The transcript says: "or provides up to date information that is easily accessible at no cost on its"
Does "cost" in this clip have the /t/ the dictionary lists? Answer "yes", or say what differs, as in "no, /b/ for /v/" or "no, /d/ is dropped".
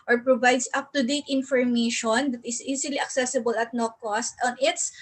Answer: yes